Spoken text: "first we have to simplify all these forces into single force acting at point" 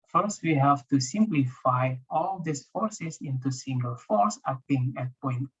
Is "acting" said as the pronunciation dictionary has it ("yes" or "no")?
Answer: no